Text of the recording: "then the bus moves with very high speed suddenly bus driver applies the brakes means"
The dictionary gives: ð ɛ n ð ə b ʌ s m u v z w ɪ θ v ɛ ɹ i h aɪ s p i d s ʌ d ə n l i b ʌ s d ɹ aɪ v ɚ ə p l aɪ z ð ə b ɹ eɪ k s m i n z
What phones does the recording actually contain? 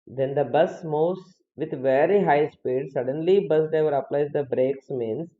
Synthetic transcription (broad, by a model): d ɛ n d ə b ʌ s m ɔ z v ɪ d v ɛ ɹ i h aɪ s p i d s ʌ d ə n l i b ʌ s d ɛ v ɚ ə p l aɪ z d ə b ɹ eɪ k s m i n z